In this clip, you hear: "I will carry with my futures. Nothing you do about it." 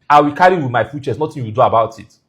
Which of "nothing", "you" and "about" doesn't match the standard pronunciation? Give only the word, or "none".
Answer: nothing